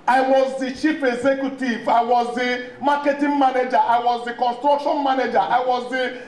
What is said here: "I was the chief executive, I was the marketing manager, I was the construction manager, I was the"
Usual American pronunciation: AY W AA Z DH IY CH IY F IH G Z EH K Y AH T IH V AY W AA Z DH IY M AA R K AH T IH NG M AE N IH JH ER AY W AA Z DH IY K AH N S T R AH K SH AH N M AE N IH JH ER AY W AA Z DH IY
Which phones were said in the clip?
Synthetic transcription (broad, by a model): AY W AA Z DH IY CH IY P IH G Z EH K Y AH T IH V AY W AA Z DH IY M AA K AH T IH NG M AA N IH JH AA AY W AA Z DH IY K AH N S T R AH K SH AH N M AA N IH JH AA AY W AA Z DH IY